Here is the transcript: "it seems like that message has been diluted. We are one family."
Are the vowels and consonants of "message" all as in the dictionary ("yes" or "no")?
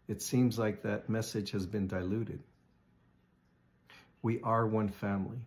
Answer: no